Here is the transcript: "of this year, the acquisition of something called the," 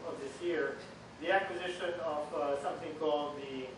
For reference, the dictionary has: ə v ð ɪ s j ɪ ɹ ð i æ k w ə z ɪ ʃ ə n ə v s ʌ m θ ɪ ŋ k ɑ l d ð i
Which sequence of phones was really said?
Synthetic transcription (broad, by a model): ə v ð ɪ s j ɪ ɹ ð i æ k w ə z ɪ ʃ ə n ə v s ʌ m θ ɪ ŋ k ɑ l d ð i